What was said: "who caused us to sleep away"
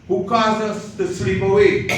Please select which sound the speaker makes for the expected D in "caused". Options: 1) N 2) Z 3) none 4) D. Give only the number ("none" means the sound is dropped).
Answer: 3